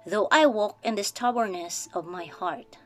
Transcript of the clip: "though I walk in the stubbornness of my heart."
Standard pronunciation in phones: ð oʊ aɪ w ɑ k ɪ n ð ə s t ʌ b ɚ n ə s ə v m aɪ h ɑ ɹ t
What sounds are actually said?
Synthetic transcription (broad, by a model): ð oʊ aɪ w ɑ k ɪ n ð ə s t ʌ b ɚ n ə s ə v m aɪ h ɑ ɹ t